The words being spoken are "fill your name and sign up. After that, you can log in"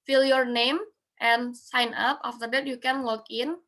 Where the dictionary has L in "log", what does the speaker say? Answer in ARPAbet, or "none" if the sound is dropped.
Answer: W